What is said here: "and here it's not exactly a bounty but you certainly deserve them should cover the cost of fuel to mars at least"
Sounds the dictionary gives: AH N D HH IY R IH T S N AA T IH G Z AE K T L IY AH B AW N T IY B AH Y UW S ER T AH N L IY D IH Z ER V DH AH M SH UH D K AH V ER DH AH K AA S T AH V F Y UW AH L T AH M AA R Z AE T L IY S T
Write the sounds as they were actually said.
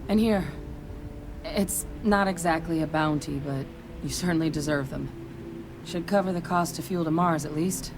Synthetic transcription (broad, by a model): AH N HH IY R IH T S N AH T IH G Z AE K T L IY AH B AW N T IY B AH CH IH S ER T N L IY D IH Z ER V DH AH M SH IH D K AH V ER DH AH K AA S T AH F Y UW L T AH M AA R Z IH T L IY S T